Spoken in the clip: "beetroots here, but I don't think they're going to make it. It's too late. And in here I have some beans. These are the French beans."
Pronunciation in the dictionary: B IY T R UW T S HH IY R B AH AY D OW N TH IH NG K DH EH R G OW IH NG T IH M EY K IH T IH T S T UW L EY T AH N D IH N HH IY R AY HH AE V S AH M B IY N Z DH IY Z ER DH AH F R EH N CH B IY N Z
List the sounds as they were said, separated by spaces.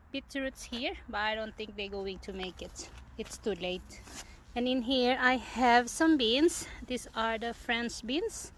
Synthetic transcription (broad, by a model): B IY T R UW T S HH IY R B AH AY D OW N TH IH NG K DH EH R G OW IH NG T IH M EY K IH T IH T S T UW L EY T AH N IH N HH IY R AY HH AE V S AH M B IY N S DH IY S ER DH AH F R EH N S B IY N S